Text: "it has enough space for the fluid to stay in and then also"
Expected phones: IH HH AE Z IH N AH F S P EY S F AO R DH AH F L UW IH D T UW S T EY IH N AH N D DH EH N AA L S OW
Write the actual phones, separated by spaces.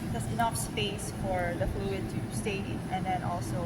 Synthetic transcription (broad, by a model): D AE S IH N AH F S P EY S F AO R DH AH F L UW IH D T UW S T EY IH N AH N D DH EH N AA L S OW